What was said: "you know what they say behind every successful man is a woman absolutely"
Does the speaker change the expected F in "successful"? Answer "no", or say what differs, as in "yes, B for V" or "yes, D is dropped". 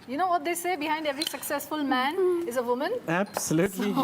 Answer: no